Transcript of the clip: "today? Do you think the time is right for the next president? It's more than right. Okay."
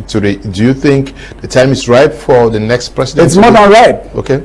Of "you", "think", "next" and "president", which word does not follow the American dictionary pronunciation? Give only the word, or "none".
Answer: president